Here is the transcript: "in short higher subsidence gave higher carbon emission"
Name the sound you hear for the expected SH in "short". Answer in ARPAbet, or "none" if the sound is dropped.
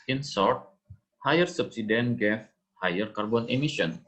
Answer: S